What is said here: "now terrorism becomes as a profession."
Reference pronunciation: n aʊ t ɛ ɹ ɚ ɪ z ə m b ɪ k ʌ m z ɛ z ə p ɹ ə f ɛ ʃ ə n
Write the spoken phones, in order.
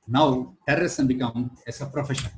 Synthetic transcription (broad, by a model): n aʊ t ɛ ɹ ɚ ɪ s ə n b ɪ k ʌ m ɛ s ə p ɹ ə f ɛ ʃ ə n